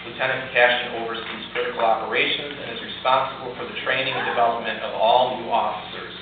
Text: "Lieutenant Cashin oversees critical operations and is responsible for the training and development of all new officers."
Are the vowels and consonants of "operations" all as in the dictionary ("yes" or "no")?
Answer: yes